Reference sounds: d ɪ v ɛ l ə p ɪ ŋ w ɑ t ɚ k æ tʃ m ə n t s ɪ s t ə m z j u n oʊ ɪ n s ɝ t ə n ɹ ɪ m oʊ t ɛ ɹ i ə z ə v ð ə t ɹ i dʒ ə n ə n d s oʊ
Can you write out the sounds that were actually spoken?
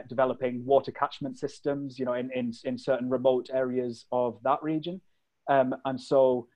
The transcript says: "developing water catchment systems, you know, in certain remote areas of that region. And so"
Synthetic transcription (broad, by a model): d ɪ v ɛ l ə p ɪ ŋ w ɑ t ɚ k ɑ tʃ m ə n t s ɪ s t ə m z j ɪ n oʊ ɪ n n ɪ s ə n ɹ ɪ m oʊ t ɛ ɹ i ə z ə v ð ə t ɹ i dʒ ə n ə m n s oʊ